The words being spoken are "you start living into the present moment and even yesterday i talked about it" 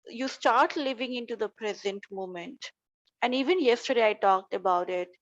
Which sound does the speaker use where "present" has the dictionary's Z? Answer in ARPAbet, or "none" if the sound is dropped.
Z